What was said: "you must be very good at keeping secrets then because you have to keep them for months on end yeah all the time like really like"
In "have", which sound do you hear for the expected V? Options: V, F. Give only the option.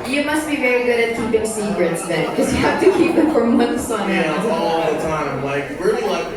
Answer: F